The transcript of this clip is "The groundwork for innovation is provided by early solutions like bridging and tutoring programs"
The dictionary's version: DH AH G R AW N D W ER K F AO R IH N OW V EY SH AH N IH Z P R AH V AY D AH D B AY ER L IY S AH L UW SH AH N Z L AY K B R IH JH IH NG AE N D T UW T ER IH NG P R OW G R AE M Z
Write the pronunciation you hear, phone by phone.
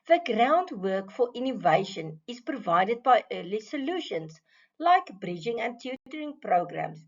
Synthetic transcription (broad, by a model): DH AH G R AW N D W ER K F AO R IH N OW V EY SH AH N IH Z P R AH V AY D AH D B AY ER L IY S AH L UW SH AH N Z L AY K B R IH JH IH NG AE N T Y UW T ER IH NG P R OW G R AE M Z